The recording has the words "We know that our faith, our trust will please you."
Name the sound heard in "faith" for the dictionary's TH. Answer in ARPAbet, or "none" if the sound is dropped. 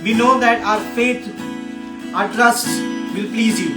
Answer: T